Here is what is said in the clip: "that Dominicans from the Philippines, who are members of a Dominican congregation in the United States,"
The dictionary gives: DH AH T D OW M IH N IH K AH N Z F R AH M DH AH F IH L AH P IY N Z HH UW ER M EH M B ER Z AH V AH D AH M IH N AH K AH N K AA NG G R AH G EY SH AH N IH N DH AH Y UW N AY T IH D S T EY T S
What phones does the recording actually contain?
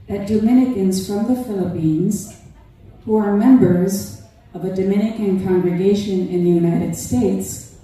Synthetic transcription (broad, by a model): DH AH T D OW M IH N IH K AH N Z F R AH M DH AH F IH L AH P IY N Z HH UW ER M EH M B ER Z AH V AH D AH M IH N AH K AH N K AA NG G R AH G EY SH AH N IH N DH AH Y UW N AY T IH D S T EY T S